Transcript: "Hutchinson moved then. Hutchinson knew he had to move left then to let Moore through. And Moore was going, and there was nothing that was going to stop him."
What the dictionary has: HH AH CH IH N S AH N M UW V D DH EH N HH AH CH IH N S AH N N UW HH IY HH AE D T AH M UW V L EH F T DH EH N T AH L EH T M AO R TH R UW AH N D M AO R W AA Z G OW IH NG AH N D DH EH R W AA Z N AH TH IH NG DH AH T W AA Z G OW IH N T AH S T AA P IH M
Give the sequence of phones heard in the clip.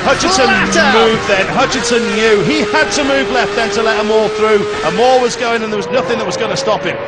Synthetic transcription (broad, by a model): HH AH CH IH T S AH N M UW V DH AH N HH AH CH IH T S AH N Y UW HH IY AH D T AH M UW V L EH F T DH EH N T AH L EH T M AO R TH R UW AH M AO R W AA Z G OW IH NG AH N DH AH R W AA Z N AH TH IH NG DH AH T W AA Z G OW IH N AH S T AA P IH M